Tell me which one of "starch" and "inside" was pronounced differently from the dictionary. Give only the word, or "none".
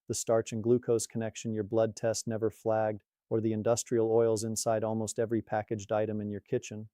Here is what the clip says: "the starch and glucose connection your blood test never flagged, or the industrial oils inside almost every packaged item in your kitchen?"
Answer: none